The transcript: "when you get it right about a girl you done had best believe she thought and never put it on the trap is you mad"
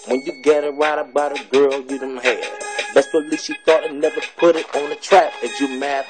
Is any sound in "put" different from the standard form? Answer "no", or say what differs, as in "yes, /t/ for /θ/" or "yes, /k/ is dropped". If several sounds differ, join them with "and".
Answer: no